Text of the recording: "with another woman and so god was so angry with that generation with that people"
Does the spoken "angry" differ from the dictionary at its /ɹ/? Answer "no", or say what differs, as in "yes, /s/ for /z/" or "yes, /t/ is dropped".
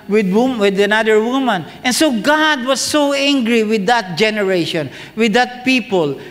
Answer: no